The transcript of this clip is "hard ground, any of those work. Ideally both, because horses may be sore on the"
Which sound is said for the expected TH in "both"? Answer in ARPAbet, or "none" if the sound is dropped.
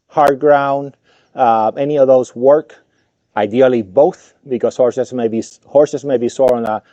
TH